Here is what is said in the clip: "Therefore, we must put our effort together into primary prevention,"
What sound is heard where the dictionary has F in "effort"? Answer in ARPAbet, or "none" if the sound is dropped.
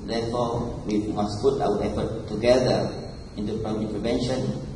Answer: P